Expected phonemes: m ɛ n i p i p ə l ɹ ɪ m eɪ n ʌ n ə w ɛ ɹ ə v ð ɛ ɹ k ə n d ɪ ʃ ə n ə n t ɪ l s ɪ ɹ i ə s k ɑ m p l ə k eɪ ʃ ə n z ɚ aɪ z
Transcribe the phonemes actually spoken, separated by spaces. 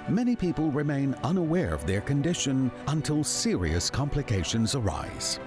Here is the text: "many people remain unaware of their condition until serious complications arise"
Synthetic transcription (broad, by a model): m ɛ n i p i p ə l ɹ ɪ m eɪ n ʌ n ə w ɛ ɹ ə v ð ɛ ɹ k ə n d ɪ ʃ ə n ə n t ɪ l s ɪ ɹ i ə s k ɑ m p l ə k eɪ ʃ ə n z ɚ aɪ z